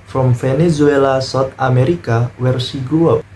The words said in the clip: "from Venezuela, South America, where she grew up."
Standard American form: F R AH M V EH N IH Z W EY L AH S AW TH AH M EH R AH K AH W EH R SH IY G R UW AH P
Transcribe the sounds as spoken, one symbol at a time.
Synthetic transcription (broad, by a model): F R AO M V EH N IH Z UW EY L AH S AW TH AH M EH R AH K AH W EH R S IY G UW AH